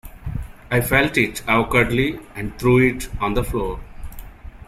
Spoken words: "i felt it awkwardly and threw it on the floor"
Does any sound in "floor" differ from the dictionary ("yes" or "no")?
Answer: no